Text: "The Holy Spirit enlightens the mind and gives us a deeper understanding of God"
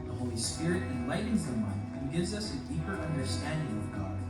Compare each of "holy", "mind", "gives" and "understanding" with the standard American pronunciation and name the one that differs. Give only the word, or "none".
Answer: mind